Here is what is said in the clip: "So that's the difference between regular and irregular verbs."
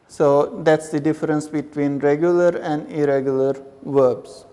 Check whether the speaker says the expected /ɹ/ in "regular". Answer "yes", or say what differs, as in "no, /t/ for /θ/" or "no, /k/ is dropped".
yes